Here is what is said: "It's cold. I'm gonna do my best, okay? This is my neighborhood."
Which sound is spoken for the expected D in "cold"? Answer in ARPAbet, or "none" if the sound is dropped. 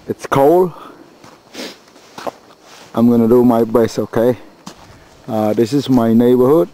none